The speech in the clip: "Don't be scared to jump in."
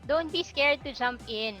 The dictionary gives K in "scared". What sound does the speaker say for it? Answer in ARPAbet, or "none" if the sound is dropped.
K